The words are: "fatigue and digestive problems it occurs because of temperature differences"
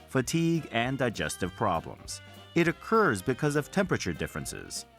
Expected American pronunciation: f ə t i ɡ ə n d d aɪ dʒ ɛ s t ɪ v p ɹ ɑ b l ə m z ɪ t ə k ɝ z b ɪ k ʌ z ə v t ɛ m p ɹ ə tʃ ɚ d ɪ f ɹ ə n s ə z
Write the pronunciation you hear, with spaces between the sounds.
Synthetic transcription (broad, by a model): f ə t i ɡ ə n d d aɪ dʒ ɛ s t ɪ v p ɹ ɑ b l ə m z ɪ t ə k ɝ z b ɪ k ʌ z ə v t ɛ m p ɹ ə tʃ ɚ d ɪ f ɹ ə n s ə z